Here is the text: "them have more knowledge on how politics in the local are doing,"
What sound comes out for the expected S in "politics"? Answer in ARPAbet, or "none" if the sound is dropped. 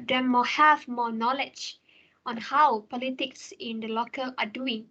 S